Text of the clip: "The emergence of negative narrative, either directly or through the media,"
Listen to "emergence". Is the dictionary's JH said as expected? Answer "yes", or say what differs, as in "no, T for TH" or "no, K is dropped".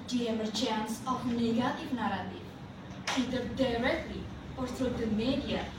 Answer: no, CH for JH